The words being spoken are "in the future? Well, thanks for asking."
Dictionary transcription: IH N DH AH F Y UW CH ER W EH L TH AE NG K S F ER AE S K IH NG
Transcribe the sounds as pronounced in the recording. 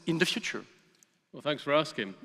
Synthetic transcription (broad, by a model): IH N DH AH F Y UW CH ER W EH L TH AE NG K S F ER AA S K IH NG